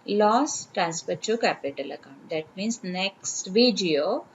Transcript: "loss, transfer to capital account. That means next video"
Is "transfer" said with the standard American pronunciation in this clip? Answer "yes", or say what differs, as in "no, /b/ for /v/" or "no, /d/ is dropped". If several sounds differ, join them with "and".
no, /p/ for /f/